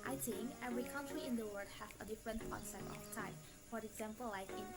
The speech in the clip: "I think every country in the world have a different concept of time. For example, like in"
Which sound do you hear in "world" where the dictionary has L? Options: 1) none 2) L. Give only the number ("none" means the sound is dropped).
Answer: 1